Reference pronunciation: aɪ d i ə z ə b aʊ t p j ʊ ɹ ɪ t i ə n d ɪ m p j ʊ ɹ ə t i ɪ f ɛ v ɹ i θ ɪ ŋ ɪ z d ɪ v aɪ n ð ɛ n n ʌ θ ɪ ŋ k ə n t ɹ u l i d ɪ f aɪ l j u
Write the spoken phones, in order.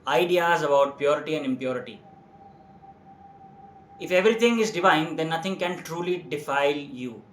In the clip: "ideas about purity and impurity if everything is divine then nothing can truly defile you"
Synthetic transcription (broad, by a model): aɪ d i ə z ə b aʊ t p j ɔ ɹ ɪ t i ə n d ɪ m p j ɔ ɹ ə t i ɪ f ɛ v ɹ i t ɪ ŋ ɪ z d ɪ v aɪ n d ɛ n n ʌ t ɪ ŋ k ə n t ɹ u l i d ɪ f aɪ l j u